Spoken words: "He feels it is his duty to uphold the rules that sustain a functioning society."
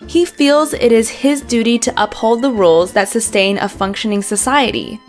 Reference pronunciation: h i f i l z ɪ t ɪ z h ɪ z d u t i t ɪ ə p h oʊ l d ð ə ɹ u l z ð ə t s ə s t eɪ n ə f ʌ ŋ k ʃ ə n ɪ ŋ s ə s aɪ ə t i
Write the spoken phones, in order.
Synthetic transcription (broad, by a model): h i f i l z ɪ t ɪ z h ɪ z d u t i t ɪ ə p h oʊ l d ð ə ɹ u l z ð ə t s ə s t eɪ n ə f ʌ ŋ k ʃ ə n ɪ ŋ s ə s aɪ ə t i